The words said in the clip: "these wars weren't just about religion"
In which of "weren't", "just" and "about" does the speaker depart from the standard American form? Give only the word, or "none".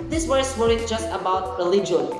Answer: weren't